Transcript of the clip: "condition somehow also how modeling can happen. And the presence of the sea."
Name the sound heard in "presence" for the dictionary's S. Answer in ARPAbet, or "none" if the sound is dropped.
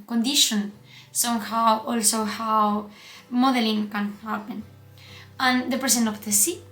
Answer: none